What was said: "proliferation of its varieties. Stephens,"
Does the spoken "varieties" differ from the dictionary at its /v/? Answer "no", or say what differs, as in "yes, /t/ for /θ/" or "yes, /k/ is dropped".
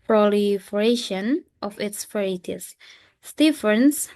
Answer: yes, /f/ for /v/